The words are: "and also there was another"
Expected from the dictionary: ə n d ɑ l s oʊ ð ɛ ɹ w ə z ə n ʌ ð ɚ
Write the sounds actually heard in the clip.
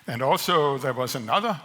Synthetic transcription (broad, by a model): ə n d ɑ l s oʊ ð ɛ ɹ w ə z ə n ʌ ð ɚ